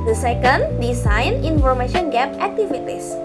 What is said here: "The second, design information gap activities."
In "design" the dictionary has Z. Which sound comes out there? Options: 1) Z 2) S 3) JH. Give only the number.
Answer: 2